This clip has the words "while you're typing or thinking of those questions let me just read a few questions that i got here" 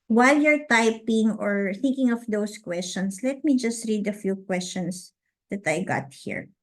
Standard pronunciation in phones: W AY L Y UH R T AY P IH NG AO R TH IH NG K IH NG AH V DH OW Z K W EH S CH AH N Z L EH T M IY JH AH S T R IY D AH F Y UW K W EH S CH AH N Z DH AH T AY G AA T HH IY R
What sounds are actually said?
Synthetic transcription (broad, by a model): W AY L Y UH R T AY P IH NG AO R TH IH NG K IH NG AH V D OW S K W EH S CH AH N S L EH T M IY JH AH S T R IY D AH F Y UW K W EH S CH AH N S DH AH T AY G AA T HH IY R